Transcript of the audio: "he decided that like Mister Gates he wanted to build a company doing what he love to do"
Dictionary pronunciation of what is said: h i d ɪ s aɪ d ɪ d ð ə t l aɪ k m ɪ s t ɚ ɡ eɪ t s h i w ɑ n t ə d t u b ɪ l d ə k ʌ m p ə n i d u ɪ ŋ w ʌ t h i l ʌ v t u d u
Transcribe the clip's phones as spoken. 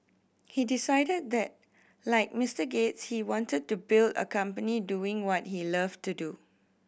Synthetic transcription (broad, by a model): h i d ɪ s aɪ d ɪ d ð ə t l aɪ k m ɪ s t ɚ ɡ eɪ t s h i w ɑ n t ə d t u b ɪ l d ə k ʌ m p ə n i d u ɪ ŋ w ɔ t h i l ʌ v t u d u